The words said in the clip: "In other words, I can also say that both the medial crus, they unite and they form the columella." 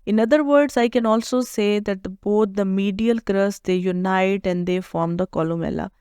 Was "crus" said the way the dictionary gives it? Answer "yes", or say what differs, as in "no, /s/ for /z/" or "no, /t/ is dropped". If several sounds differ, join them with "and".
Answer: yes